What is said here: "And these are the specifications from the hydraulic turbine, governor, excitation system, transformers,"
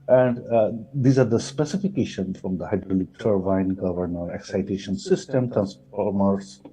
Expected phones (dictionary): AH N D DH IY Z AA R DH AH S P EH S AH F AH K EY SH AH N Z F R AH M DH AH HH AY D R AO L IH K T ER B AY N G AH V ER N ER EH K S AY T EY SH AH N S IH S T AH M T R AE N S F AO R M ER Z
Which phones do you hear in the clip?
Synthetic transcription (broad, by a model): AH N D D IY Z AA R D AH S P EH S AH F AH K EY SH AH N F R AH M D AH HH AY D R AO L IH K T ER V AY N G AH V ER N ER EH K S AY T EY SH AH N S IH S T AH M T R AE N S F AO R M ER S